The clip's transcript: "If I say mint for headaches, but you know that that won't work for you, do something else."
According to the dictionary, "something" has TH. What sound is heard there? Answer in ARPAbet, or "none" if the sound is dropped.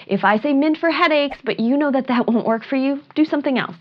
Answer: TH